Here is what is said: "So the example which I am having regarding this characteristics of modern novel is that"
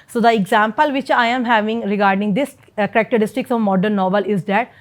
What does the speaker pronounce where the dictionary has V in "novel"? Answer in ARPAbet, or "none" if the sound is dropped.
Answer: V